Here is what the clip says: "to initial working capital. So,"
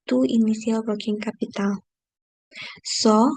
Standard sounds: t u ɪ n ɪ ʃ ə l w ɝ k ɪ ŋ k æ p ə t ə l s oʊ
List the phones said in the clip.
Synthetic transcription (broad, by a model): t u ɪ n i s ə l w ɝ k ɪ ŋ k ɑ p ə t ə l s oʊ